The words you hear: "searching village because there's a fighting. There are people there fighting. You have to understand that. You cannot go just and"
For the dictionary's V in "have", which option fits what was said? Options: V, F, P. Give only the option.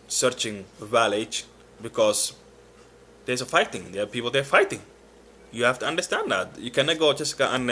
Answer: F